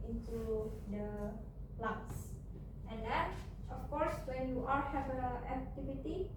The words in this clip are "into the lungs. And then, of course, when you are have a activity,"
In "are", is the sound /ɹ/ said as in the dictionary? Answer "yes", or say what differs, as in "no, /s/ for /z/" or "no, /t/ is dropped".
no, /l/ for /ɹ/